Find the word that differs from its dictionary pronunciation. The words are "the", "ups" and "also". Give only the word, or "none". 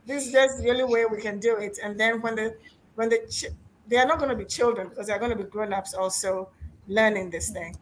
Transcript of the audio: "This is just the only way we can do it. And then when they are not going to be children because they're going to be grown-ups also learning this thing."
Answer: none